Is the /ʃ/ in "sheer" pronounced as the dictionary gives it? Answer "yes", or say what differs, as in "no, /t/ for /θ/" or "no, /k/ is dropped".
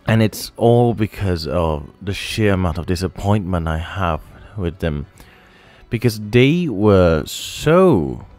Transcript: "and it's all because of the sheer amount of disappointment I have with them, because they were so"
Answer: yes